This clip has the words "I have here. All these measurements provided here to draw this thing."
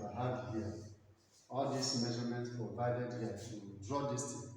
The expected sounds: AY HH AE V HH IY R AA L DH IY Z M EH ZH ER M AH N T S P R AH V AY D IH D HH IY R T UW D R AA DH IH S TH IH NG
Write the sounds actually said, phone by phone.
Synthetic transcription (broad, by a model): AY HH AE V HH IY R AA L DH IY S M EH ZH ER M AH N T P R AH V AY D IH D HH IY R T UW D R AA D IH S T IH